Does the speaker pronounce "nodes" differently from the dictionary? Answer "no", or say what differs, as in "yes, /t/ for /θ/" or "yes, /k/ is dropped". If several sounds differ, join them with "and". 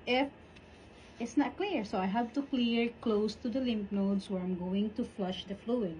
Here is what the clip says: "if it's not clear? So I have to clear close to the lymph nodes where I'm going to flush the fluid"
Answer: yes, /s/ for /z/